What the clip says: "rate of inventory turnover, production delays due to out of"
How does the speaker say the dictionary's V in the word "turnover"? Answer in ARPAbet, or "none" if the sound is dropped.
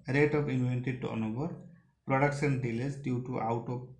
B